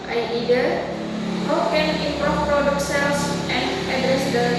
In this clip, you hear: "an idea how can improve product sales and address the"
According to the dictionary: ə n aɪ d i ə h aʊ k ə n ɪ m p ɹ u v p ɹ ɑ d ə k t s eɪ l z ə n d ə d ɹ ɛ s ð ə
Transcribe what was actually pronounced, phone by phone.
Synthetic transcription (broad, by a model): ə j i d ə h aʊ k ə n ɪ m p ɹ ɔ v p ɹ ɑ d ə k t s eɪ l s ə n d ə d ɹ ɛ s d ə